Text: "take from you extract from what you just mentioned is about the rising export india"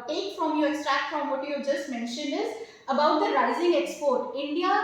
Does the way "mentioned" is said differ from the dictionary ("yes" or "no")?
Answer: no